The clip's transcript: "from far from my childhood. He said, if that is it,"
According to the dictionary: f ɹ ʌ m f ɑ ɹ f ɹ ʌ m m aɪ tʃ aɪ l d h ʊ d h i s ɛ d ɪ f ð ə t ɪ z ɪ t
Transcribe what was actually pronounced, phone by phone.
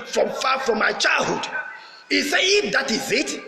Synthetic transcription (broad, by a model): f ɹ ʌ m f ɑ f ɹ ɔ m m aɪ tʃ aɪ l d h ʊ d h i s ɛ ɪ f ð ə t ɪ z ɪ t